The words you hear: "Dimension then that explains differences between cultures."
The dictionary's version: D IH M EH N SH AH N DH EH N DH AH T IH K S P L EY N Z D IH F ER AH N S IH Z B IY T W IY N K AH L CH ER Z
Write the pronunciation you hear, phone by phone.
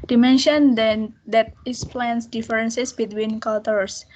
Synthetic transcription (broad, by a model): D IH M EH N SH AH N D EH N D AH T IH S P L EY N S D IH F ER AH N S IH S B IY T W IY N K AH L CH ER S